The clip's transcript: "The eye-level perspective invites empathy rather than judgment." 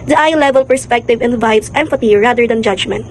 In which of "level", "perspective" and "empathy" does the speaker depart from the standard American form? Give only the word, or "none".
empathy